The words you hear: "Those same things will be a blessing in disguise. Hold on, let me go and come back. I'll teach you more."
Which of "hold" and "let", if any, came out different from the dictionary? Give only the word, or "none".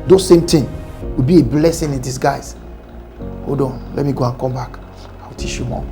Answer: hold